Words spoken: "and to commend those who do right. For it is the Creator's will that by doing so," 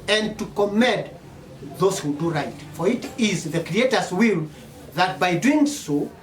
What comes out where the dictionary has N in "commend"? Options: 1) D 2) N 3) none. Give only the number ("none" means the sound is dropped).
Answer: 3